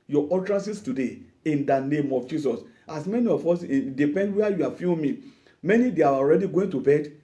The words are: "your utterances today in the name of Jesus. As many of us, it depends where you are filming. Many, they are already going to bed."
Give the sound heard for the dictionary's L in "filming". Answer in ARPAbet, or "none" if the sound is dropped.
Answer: N